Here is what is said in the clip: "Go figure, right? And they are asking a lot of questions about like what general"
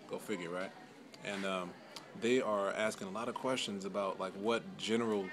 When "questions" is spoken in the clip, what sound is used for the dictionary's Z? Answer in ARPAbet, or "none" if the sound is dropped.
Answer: Z